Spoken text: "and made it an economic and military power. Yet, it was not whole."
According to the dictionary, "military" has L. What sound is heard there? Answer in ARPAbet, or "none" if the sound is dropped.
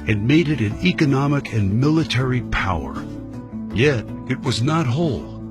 L